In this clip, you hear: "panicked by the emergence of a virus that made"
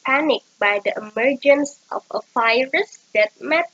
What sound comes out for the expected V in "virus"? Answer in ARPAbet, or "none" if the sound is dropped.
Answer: F